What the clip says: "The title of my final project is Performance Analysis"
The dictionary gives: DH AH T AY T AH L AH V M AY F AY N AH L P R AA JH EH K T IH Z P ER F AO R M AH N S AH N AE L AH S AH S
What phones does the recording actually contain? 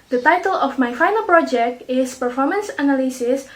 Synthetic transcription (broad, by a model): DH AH T AY T AH L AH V M AY F AY N AH L P R AA JH EH K T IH S P ER F AO R M AH N S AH N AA L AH S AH S